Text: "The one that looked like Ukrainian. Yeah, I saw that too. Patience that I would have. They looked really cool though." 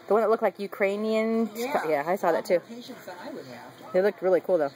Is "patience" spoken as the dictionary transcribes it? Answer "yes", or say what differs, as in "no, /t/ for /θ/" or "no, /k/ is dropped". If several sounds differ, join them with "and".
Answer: no, /ʃ/ is dropped